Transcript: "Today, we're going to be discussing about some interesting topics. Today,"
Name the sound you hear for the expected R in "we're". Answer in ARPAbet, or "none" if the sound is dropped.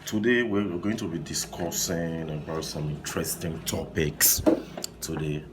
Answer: W